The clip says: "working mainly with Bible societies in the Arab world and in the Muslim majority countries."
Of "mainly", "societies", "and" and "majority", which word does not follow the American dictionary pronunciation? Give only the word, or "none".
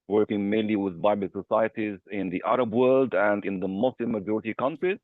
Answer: none